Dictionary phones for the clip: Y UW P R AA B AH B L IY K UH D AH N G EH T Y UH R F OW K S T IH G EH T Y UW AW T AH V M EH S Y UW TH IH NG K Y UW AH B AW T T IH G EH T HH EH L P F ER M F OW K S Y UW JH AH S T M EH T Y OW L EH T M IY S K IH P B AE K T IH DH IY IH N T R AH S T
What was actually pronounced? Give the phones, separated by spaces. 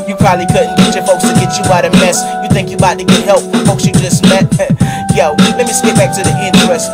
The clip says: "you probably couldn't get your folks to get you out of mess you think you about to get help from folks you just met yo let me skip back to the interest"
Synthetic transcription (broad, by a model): Y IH P R AA B AH B L IY K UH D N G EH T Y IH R F OW K S T IH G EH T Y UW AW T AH M EH S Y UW TH IH NG K Y AH B AW T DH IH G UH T HH EH L P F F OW K S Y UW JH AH S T M EH T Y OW L EH T M IY S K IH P B AE K T IH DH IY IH N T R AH S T